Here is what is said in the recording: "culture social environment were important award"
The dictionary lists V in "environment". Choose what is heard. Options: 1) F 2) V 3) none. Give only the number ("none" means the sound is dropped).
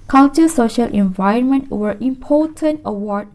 2